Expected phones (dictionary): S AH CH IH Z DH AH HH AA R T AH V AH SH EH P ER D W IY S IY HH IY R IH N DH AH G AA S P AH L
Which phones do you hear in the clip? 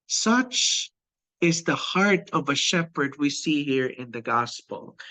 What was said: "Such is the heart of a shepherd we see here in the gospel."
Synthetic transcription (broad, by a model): S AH CH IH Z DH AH HH AA R T AH V AH SH EH P ER D W IY S IY HH IY R IH N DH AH G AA S P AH L